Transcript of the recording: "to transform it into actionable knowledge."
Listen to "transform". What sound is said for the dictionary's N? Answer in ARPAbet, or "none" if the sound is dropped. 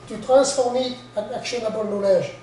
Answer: none